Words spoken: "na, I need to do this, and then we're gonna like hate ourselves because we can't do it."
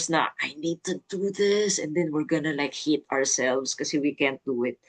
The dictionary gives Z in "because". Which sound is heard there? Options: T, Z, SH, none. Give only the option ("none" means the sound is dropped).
none